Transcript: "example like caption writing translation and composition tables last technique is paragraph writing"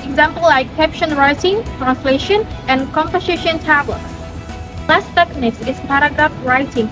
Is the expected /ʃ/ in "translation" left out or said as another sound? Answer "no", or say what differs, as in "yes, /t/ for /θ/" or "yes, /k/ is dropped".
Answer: no